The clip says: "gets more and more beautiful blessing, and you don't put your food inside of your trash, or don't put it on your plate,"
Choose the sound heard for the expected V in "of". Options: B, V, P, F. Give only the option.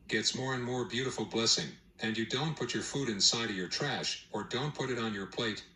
V